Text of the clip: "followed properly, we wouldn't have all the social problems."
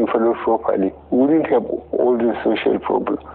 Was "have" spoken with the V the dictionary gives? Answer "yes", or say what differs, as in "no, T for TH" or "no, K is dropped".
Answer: no, B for V